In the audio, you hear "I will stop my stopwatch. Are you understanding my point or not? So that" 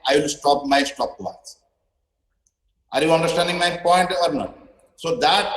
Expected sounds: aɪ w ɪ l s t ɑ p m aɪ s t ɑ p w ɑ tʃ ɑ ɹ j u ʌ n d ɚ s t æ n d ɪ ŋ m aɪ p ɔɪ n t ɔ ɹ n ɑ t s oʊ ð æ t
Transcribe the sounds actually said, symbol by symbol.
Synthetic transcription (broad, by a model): aɪ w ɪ l s t ɑ p m aɪ s t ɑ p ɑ s ɑ ɹ j u ʌ n d ɚ s t æ n d ɪ ŋ m aɪ p ɔɪ n t ɔ ɹ n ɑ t s oʊ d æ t